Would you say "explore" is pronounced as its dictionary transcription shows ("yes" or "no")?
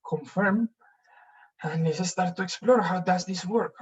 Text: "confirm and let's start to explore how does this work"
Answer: yes